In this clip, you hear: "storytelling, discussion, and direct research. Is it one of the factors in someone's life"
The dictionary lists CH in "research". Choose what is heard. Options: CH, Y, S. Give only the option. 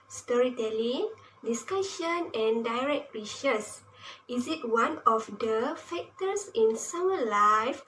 S